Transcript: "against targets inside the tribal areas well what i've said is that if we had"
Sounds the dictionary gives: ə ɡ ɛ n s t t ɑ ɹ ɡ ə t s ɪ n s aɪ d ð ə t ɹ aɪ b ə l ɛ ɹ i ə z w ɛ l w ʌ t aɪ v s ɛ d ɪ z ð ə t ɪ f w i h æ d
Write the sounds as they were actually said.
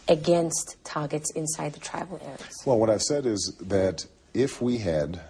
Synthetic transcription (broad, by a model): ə ɡ ɛ n s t t ɑ ɹ ɡ ə t s ɪ n s aɪ d ð ə t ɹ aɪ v l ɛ ɹ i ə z w ɛ l w ʌ t aɪ v s ɛ d ɪ z ð ə t ɪ f w i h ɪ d